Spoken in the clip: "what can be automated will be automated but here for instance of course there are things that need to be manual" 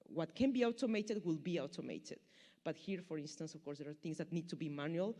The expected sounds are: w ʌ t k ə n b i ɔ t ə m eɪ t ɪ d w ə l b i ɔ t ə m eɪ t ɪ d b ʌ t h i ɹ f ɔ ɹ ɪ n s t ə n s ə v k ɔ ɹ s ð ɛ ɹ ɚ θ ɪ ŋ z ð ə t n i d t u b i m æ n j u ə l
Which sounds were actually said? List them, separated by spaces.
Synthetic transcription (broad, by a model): w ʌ t k ə n b i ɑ t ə m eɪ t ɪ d w ə l b i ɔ t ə m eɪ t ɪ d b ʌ t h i ɹ f ɔ ɹ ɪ n s t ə n s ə f k ɔ ɹ s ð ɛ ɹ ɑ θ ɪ ŋ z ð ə t n i d t u b i m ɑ n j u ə l